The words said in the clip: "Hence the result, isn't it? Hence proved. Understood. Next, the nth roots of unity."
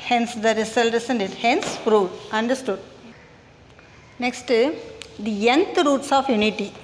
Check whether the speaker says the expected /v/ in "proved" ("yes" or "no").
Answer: no